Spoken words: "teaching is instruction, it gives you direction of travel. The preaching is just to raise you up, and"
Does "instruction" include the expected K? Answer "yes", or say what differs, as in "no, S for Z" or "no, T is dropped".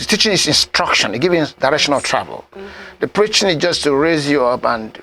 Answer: yes